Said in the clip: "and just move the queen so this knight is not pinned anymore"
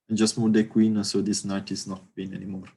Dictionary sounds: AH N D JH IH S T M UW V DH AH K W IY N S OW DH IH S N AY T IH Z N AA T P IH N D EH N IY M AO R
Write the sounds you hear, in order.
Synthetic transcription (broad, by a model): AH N JH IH S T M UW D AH K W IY N S OW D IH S N AY T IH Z N AA T B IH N EH N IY M AO R